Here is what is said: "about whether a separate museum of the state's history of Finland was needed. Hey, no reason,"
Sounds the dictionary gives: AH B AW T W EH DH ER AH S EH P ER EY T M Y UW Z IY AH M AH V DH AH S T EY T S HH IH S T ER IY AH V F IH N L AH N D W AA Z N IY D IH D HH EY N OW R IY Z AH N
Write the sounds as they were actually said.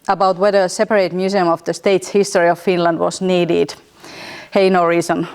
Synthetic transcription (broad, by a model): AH B AW T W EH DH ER AH S EH P ER EY T M Y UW S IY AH M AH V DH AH S T EY T S HH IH S T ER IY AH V F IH N L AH N D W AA S N IY D IH D HH EY N OW R IY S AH N